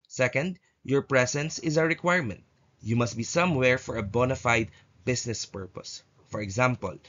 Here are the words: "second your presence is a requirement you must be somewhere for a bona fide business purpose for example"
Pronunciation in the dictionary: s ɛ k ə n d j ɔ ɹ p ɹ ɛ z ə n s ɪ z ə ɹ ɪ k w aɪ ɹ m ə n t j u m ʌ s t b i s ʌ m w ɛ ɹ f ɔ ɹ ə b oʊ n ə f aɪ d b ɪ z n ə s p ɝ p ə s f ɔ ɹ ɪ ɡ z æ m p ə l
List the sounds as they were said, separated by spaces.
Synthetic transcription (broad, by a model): s ɛ k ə n d j ɔ ɹ p ɹ ɛ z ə n s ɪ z ə ɹ ɪ k w aɪ ɹ m ə n t j u m ʌ s t b i s ʌ m w ɛ ɹ f ɔ ɹ ə b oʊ n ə f aɪ d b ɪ s n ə s p ɝ p ə s f ɔ ɹ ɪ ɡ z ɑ m p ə l